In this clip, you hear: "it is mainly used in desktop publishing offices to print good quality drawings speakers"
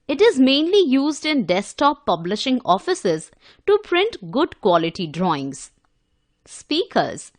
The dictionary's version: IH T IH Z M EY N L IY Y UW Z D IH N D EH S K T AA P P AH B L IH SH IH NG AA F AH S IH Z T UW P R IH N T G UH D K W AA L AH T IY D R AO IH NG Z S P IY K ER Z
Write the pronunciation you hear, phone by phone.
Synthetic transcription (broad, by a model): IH T IH Z M EY N L IY Y UW Z D IH N D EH S T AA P P AH B L IH SH IH NG AA F AH S IH Z T UW P R IH N T G UH D K W AA L AH T IY D R AO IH NG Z S P IY K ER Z